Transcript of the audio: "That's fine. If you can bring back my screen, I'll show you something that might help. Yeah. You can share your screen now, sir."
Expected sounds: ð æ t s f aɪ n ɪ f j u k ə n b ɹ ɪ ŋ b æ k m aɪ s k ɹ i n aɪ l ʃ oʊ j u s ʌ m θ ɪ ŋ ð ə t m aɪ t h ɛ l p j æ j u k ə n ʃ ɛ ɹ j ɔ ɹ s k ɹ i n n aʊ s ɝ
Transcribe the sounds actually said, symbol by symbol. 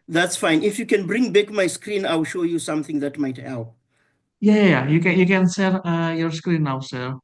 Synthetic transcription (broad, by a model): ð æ t s f aɪ n ɪ f j u k ə n b ɹ ɪ ŋ b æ k m aɪ s k ɹ i n aɪ l ʃ oʊ j u s ʌ m θ ɪ ŋ ð ə t m aɪ t h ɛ l p j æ j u k ə n s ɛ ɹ j ɔ ɹ s k ɹ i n n aʊ s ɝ